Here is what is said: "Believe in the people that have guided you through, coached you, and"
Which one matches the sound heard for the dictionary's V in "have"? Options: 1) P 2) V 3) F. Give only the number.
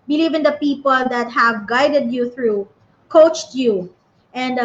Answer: 2